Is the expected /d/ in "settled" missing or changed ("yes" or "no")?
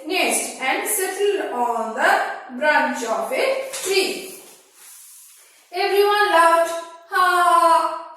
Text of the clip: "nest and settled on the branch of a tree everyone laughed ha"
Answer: yes